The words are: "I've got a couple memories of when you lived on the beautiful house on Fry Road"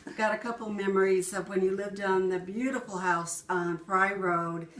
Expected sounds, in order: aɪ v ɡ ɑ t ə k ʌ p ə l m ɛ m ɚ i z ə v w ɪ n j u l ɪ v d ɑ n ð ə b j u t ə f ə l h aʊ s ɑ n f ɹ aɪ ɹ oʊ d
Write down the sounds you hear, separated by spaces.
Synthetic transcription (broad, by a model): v ɡ ɑ t ə k ʌ p l m ɛ m ɚ i z ə v w ɪ n j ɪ l ɪ v d n ð ə b j u t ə f l h aʊ s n p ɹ aɪ ɹ oʊ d